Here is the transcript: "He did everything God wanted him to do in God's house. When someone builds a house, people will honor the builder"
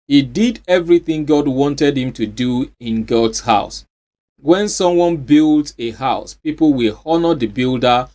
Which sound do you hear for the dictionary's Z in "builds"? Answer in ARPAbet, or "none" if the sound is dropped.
none